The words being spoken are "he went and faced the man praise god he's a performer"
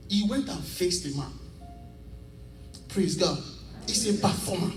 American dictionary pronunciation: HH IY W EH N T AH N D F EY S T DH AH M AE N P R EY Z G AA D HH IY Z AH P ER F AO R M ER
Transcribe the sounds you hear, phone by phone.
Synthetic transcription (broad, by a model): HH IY W EH N T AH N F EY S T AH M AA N P R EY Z G AA D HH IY S AH P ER F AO M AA